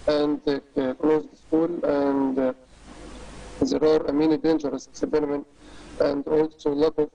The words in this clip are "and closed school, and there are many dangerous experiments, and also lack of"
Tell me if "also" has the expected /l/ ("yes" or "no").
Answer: yes